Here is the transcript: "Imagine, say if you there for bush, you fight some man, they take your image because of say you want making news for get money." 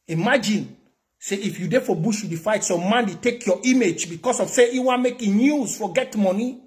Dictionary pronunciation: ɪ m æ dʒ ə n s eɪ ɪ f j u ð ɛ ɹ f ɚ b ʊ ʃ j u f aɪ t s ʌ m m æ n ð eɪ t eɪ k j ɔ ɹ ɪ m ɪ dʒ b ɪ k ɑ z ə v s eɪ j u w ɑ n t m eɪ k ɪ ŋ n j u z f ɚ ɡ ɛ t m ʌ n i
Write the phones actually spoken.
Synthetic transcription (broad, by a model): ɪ m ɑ dʒ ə n s eɪ ɪ f j u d ɛ f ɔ b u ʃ j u f aɪ t s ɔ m m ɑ n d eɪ t eɪ k j ɔ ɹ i m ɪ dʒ b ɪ k ɑ s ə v s eɪ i w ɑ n m eɪ k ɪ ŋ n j u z f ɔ ɡ ɛ t m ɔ n i